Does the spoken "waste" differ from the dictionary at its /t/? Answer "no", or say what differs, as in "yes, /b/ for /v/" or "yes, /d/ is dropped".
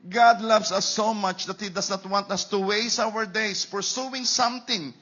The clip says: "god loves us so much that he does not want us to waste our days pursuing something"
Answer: yes, /t/ is dropped